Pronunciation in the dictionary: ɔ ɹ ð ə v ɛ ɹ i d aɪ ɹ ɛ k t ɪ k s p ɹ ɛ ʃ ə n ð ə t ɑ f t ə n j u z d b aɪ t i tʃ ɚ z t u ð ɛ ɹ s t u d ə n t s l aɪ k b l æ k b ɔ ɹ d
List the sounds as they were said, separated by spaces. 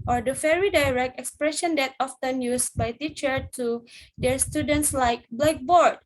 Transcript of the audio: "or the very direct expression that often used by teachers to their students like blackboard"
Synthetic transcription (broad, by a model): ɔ ɹ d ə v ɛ ɹ i d aɪ ɹ ɛ k t ɪ k s p ɹ ɛ ʃ ə n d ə t ɑ f t ə n j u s b aɪ t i tʃ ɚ t u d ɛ ɹ s t u d ə n t s l aɪ k b l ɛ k b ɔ ɹ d